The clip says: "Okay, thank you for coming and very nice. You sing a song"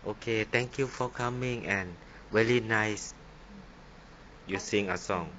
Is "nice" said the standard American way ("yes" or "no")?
yes